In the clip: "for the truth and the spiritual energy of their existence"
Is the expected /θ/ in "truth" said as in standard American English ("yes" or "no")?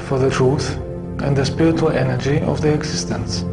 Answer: yes